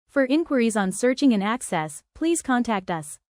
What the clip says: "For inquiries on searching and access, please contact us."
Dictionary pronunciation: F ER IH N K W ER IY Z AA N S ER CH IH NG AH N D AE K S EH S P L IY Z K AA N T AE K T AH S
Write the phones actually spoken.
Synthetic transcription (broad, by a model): F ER IH N K W ER IY Z N S ER CH IH NG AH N AE K S EH S P L IY Z K AA N T AE K T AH S